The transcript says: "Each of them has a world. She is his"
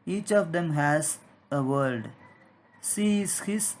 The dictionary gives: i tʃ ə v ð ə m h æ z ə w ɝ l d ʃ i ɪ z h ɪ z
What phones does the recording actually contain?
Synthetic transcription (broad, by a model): i tʃ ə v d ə m h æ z ə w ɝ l d s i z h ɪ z